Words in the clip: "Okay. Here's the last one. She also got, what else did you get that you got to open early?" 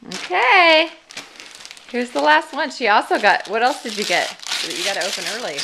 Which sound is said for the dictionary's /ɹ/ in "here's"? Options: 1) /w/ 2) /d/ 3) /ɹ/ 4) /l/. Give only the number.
1